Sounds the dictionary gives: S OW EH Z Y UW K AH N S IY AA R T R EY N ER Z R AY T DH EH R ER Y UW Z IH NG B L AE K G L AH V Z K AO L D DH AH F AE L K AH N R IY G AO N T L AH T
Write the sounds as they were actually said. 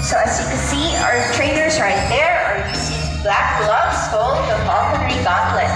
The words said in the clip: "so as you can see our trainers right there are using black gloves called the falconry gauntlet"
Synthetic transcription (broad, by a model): S OW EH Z Y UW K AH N S IY AA R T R EY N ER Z R AY T DH EH R ER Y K S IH B L AE K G L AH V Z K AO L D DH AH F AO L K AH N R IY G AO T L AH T